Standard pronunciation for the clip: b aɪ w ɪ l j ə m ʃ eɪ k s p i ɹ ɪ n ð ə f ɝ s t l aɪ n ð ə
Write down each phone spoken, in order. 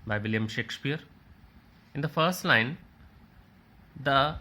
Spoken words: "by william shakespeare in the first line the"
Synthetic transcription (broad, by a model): b aɪ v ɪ l j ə m ʃ eɪ k s p i ɹ ɪ n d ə f ɝ s t l aɪ n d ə